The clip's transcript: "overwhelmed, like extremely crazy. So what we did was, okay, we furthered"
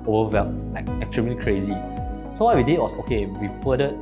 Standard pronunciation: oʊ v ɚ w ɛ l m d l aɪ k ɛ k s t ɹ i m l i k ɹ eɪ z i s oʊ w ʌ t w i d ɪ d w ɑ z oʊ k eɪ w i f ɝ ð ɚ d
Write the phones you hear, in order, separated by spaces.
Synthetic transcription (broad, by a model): oʊ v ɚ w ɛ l l aɪ k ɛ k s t ɹ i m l i k ɹ eɪ z i s oʊ w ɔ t w i d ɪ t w ɑ s oʊ k eɪ w i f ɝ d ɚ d